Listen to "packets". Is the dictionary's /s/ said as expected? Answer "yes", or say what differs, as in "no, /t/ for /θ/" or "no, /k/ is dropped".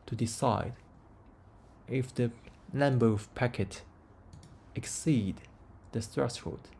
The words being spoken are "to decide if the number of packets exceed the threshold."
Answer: no, /s/ is dropped